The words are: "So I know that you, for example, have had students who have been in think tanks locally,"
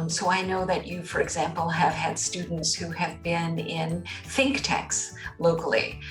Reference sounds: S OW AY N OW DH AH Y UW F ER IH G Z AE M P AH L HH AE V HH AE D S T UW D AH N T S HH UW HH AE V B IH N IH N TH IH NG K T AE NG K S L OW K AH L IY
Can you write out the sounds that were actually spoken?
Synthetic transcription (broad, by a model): S OW AY N OW DH AH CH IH F ER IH G Z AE M P L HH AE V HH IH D S T UW D N T S HH UW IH V B IH N IH N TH IH NG K T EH K S L OW K L IY